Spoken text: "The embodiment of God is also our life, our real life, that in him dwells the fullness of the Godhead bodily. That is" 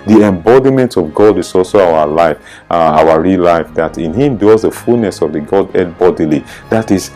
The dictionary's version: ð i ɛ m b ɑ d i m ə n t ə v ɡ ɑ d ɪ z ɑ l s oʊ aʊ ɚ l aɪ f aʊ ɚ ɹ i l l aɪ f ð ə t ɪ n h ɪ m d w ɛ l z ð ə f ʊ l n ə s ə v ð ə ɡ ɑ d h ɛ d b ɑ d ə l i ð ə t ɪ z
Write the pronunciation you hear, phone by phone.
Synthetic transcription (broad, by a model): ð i ɛ m b ɑ d i m ə n t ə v ɡ ɑ d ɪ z ɑ l s oʊ aʊ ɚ l aɪ f aʊ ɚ ɹ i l l aɪ f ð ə t ɪ n h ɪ m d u z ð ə f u l n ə s ə v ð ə ɡ ɑ d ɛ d b ɑ d ə l i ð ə t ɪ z